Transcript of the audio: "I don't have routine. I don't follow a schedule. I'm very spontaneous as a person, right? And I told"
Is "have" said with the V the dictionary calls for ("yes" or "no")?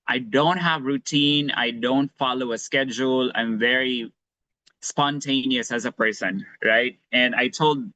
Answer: yes